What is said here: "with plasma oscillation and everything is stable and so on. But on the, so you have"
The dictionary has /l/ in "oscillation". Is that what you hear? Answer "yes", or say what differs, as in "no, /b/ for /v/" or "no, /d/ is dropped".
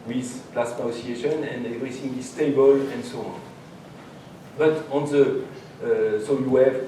no, /l/ is dropped